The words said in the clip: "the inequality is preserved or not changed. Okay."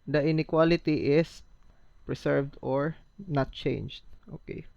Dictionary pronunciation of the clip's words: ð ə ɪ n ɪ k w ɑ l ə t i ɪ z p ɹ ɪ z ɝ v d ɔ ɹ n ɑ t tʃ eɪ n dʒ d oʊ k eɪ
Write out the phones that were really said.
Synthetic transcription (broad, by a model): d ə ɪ n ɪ k w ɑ l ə t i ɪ s p ɹ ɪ s ɝ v d ɔ ɹ n ɑ t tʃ eɪ n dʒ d oʊ k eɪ